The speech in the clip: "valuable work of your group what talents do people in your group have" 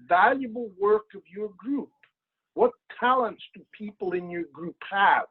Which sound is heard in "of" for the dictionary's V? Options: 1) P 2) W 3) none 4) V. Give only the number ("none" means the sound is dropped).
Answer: 4